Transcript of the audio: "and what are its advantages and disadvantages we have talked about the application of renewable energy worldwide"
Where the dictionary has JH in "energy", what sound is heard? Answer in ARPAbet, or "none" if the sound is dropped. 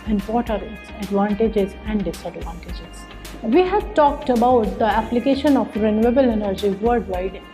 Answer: JH